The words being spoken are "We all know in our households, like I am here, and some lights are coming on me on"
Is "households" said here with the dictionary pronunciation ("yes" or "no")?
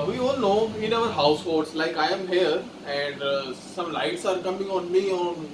no